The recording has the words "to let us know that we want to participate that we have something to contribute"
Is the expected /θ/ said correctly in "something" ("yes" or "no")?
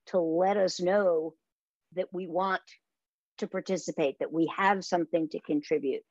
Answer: yes